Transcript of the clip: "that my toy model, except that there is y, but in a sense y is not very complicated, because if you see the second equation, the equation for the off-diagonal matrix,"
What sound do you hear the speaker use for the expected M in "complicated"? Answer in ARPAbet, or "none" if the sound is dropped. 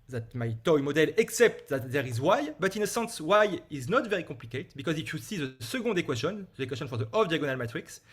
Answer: none